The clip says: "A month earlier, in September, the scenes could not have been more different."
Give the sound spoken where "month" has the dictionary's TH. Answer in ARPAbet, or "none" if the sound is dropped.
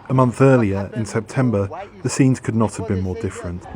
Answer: TH